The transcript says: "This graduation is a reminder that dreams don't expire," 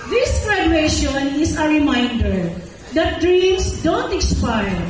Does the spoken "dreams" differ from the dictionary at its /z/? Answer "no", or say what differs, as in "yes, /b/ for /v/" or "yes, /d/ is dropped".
yes, /s/ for /z/